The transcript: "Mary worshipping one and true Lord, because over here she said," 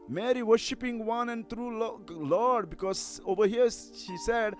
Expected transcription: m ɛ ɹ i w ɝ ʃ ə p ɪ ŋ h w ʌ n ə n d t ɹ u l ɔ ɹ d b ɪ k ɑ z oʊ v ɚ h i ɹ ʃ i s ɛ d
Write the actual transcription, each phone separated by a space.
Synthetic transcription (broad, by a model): m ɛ ɹ i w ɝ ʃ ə p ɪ ŋ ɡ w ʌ n ə n d t ɹ u l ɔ l d b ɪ k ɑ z oʊ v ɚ h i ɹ ʃ i s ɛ d